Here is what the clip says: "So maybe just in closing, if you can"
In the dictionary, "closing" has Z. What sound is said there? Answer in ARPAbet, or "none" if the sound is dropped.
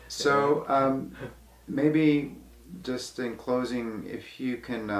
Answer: Z